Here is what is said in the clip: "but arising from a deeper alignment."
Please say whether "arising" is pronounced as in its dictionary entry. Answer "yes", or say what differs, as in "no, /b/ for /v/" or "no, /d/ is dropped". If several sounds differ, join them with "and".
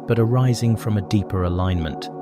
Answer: yes